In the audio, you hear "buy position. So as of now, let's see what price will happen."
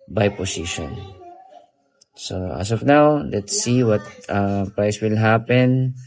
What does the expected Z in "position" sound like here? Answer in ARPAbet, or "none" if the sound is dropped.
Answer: S